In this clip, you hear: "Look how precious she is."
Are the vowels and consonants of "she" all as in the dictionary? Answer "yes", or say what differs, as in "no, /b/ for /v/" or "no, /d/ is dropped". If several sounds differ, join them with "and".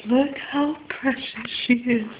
yes